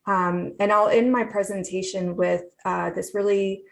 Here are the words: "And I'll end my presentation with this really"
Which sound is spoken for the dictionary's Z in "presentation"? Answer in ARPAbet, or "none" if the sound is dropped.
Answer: Z